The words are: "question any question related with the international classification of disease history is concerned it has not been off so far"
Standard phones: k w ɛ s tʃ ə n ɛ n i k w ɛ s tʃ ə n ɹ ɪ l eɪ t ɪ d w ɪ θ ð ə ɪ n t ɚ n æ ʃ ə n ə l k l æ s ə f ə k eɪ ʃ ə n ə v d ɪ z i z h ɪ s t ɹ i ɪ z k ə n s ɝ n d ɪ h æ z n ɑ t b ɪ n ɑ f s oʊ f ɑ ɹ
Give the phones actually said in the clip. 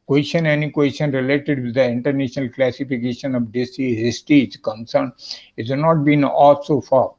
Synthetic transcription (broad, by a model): k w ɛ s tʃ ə n ɛ n i k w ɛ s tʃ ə n ɹ ɪ l eɪ t ɪ d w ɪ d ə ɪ n t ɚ n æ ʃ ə n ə l k l æ s ə f ə k eɪ ʃ ə n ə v d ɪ s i h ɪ s t i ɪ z k ə n s ɝ n d ɪ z n ɑ t b ɪ n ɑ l s oʊ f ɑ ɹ